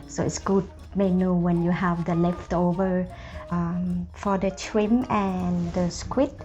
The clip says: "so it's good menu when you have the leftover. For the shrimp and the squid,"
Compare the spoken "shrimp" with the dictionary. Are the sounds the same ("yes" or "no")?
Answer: no